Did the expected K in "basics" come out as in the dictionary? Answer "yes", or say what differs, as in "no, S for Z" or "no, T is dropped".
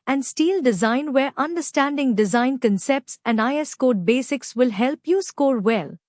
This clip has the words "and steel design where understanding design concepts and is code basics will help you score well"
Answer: yes